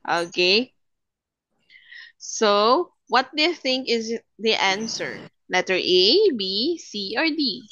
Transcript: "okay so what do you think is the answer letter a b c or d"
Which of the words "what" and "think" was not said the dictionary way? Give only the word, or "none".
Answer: none